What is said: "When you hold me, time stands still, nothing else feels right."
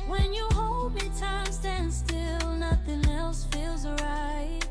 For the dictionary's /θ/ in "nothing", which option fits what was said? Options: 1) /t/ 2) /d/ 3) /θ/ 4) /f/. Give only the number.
3